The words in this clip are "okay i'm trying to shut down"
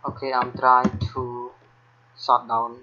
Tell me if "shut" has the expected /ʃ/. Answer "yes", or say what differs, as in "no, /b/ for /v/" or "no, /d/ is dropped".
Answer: no, /s/ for /ʃ/